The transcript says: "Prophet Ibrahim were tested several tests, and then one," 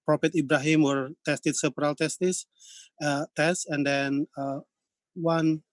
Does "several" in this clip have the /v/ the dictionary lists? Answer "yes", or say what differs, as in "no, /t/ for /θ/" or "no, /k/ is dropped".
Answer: no, /p/ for /v/